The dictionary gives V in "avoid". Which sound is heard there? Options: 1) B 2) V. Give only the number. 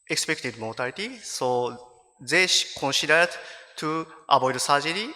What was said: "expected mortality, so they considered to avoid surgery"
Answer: 1